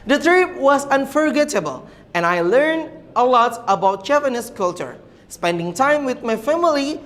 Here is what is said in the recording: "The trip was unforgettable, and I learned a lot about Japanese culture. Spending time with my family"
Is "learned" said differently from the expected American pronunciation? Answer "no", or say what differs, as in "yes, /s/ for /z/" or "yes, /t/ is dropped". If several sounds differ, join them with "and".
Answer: no